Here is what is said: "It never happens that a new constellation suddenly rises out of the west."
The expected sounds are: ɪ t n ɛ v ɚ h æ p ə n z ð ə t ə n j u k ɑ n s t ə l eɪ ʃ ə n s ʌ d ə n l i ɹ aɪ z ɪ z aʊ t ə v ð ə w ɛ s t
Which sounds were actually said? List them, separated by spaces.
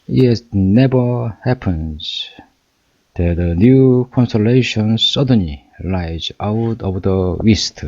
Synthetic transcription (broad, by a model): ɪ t n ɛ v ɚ h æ p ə n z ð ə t ə n j u k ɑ n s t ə l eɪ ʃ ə n s ʌ d ə n l i l aɪ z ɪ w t ə v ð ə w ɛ s t